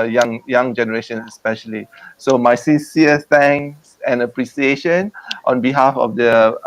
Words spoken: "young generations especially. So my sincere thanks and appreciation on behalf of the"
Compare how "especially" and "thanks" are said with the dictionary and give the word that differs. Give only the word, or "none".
thanks